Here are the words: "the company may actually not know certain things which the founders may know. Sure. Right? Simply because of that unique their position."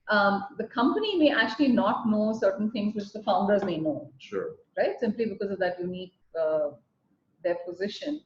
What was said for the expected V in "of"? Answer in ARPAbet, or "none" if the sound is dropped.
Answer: V